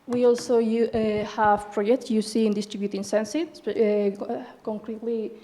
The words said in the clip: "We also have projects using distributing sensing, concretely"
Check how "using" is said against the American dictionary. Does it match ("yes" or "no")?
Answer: no